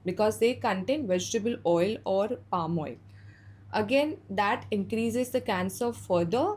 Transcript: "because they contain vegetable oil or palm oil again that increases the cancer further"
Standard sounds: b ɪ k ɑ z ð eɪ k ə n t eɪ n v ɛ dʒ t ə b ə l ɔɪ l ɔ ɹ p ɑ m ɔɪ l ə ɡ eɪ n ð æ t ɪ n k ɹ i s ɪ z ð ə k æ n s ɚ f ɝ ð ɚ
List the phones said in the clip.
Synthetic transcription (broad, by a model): b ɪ k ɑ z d eɪ k ə n t eɪ n v ɛ dʒ t ə b ə l ɔɪ l ɔ ɹ p ɑ m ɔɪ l ə ɡ eɪ n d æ t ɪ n k ɹ i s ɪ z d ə k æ n s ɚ f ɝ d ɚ